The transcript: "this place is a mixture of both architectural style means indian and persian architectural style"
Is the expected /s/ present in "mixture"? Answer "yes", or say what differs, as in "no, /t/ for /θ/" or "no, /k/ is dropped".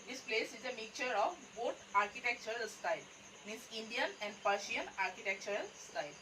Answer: no, /s/ is dropped